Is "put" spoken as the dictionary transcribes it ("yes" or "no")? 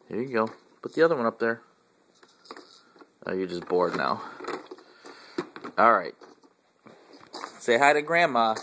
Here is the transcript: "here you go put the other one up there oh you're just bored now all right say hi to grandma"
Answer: no